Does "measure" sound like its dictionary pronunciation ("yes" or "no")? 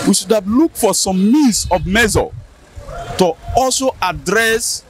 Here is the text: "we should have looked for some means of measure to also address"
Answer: no